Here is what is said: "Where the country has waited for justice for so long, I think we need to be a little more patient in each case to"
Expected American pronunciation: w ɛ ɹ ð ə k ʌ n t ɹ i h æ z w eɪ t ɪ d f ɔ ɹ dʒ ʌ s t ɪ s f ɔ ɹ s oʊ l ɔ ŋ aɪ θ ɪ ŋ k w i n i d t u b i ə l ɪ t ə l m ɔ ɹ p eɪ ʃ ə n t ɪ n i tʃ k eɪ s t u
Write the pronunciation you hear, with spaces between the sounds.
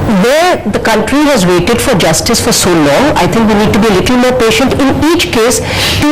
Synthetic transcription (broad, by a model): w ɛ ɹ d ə k ʌ n t ɹ i h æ z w eɪ t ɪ d f ɔ ɹ dʒ ʌ s t ɪ s f ɔ ɹ s oʊ l ɔ ŋ aɪ t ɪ ŋ k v i n i d t u b i ə l ɪ t l m ɔ ɹ p eɪ ʃ ə n t ɪ n i tʃ k eɪ s t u